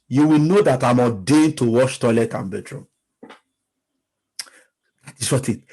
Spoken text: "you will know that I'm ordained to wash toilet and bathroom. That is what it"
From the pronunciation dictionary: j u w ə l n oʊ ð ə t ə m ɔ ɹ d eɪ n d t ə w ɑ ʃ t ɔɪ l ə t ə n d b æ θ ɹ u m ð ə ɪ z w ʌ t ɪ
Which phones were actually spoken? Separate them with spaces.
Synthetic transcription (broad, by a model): j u w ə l n oʊ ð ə t ə m ɔ d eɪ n t ə w ɑ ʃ t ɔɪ l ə t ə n b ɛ t ɹ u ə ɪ s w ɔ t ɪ